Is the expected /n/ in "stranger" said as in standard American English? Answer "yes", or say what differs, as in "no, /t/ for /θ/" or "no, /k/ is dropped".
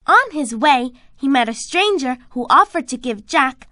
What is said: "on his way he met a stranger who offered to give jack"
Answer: yes